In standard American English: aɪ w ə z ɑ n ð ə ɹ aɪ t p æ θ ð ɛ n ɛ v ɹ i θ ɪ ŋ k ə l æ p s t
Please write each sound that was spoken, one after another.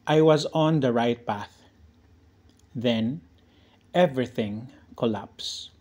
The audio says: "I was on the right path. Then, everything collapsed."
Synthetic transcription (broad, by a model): aɪ w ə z ɑ n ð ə ɹ aɪ t p æ θ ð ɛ n ɛ v ɹ i θ ɪ ŋ k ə l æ p s